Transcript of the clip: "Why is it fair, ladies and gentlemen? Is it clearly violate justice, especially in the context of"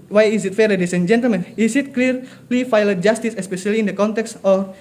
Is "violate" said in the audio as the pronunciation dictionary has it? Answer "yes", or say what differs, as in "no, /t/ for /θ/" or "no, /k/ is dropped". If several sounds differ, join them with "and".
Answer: no, /f/ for /v/